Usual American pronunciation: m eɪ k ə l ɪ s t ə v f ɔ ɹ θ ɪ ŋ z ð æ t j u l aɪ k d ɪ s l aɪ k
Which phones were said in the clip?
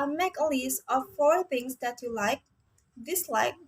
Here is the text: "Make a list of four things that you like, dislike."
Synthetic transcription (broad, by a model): m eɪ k ə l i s ə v f ɔ ɹ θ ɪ ŋ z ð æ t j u l aɪ k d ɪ s l aɪ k